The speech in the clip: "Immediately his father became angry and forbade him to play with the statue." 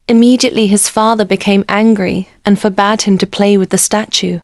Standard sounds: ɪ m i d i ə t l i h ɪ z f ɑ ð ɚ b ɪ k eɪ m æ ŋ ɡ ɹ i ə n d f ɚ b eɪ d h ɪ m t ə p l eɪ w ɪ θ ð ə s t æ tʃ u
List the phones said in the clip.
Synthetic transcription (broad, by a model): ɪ m i d i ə t l i ɪ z f ɑ ð ɚ b ɪ k eɪ m æ ŋ ɡ ɹ i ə n f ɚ b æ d h ɪ m t ə p l eɪ w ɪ ð ə s t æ tʃ u